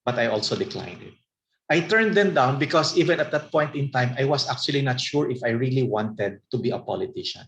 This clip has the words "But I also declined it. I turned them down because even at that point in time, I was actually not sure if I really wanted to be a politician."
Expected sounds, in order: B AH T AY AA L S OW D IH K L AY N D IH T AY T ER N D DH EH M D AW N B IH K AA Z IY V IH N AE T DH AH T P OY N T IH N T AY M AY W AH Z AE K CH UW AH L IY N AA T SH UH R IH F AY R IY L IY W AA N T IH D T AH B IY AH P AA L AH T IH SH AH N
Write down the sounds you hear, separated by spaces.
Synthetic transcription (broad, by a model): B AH T AY AA L S OW D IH K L AY N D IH T AY T ER N D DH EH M D AW N B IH K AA S IY V IH N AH T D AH T P OY N T IH N T AY M AY W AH S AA K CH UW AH L IY N AA T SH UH R IH F AY R IY L IY W AA N T IH D T AH B IY AH P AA L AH T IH SH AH N